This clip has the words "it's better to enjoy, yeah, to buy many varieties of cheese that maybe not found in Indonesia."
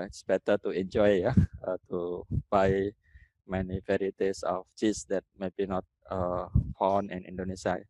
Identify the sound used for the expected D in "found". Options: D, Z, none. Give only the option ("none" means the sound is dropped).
none